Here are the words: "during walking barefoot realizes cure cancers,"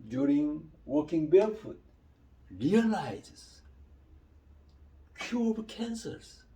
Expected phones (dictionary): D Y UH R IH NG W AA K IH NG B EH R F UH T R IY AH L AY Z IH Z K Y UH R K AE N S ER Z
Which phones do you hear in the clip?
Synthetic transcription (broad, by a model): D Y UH R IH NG W AA K IH NG B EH L F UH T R IY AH L AY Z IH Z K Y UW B K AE N S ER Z